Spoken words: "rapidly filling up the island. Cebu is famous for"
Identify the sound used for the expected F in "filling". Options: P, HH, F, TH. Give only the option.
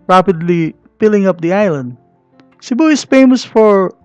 P